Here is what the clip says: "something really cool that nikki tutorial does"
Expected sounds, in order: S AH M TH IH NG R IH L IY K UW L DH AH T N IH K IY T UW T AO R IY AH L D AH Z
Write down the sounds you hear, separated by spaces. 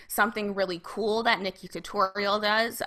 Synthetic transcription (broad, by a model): S AH M TH IH NG R IH L IY K UW L DH AH T N IH K IY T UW T AO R IY L D AH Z